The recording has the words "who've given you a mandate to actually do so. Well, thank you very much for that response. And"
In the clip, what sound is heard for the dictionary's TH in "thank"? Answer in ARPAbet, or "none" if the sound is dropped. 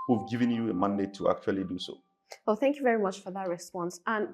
TH